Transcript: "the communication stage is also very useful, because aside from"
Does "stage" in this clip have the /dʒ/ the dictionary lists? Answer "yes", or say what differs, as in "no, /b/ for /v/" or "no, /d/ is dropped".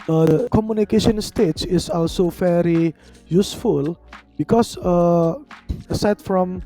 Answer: no, /tʃ/ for /dʒ/